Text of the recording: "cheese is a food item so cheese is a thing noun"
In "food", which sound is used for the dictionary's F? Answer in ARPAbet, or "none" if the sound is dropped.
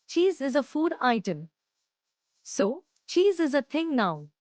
F